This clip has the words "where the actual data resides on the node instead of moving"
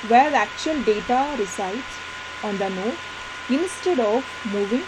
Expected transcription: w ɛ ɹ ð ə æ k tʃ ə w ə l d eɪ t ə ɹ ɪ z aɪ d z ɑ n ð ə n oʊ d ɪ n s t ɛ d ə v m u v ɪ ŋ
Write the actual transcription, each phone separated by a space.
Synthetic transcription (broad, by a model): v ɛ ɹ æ k tʃ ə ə l d eɪ t ə ɹ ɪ s aɪ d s ɑ n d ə n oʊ ɪ n s t ɛ d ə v m u v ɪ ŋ